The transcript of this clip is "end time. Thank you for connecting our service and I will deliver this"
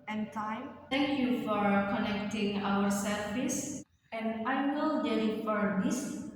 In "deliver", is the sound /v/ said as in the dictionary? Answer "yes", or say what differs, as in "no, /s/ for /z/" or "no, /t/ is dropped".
no, /f/ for /v/